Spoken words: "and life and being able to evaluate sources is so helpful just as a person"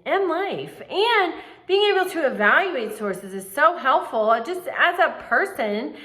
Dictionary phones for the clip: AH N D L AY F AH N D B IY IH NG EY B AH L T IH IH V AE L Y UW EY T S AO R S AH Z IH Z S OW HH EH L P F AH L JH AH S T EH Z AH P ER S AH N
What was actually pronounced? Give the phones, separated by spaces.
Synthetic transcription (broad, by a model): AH N L AY F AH N B IY IH NG EY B L T IH IH V AE L Y UW EY T S AO R S AH Z IH Z S OW HH EH L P F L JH AH S T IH Z AH P ER S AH N